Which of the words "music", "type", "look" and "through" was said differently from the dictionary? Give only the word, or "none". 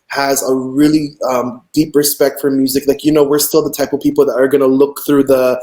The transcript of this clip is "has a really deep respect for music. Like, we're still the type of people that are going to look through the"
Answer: none